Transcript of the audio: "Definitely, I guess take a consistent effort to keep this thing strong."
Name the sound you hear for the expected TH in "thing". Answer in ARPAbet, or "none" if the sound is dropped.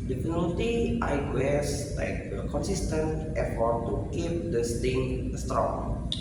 T